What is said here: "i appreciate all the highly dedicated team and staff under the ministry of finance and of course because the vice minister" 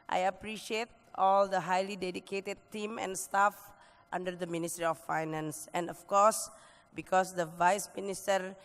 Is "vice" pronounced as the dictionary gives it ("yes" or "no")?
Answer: yes